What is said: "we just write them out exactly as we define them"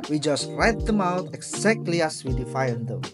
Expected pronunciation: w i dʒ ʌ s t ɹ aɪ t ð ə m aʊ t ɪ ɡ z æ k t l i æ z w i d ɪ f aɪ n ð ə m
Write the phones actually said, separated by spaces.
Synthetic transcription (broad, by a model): w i dʒ ʌ s t ɹ aɪ t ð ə m aʊ t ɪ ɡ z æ k t l i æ s w i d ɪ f aɪ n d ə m